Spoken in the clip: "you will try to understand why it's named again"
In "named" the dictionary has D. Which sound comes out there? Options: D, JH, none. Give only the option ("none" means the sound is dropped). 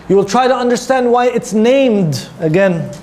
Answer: D